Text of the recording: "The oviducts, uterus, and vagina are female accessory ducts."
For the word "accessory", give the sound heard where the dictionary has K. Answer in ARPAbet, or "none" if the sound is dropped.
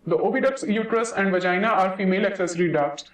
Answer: K